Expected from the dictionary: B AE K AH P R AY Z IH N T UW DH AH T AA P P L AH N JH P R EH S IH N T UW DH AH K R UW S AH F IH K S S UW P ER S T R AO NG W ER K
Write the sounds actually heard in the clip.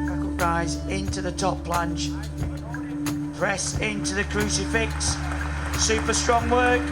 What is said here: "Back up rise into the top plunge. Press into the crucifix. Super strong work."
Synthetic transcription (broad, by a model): R AY Z IH N T UW DH AH T AA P P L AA N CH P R EH S IH N T UW DH AH K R UW S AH F IH K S S UW P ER S T R AO NG W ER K